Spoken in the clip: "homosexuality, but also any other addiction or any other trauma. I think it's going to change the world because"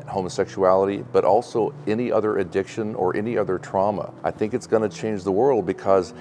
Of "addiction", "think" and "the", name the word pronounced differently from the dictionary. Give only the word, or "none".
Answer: none